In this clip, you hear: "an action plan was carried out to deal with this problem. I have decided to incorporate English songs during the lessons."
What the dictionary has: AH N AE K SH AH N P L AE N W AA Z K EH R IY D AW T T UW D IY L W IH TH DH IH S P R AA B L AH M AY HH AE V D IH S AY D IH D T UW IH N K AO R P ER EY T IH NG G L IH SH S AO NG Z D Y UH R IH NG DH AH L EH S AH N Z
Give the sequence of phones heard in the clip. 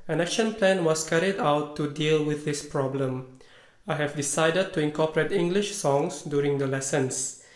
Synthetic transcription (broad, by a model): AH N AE K SH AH N P L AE N W AA S K EH R IY D AW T T UW D IY L W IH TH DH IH S P R AA B L AH M AY HH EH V D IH S AY D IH D T UW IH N K AO P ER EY T IH NG G L IH SH S AO NG S D Y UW R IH NG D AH L EH S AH N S